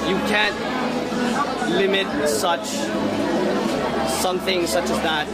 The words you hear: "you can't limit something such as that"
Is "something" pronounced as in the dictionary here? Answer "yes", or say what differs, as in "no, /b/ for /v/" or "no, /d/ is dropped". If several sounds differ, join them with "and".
yes